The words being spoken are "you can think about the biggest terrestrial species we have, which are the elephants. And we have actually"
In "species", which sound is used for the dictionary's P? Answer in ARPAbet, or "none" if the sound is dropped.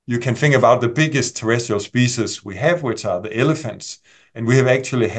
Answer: P